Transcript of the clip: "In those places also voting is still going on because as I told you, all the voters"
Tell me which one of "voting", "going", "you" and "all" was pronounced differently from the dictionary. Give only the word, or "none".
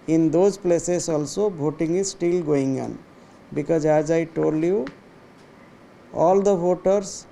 voting